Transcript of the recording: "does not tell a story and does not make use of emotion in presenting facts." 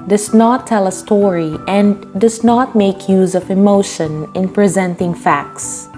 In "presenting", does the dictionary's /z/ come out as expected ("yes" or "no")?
yes